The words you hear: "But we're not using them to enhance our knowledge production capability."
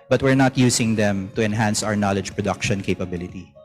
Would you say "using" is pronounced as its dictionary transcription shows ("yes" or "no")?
no